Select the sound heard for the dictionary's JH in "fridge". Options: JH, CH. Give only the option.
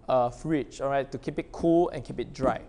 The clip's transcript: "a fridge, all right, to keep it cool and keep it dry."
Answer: CH